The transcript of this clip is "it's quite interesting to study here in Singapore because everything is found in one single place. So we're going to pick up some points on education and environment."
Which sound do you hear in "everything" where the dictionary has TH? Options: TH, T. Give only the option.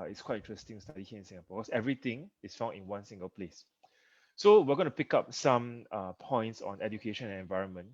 T